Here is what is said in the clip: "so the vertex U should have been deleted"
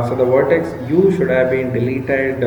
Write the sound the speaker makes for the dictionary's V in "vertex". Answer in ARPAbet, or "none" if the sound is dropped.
V